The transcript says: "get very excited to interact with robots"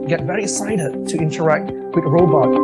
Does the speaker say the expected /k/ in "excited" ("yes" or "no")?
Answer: no